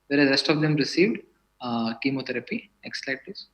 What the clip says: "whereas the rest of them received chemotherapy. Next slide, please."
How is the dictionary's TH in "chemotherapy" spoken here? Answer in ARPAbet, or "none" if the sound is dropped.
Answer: T